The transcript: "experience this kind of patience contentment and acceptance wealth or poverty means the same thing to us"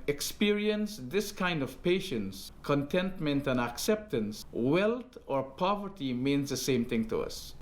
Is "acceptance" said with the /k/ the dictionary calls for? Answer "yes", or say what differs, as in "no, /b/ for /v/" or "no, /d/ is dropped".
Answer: yes